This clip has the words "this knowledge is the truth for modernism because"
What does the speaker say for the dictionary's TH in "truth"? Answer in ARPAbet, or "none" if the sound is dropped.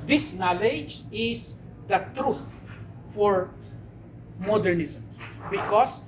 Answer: T